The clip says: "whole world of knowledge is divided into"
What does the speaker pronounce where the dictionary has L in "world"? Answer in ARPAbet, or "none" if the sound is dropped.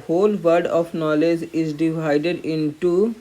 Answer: none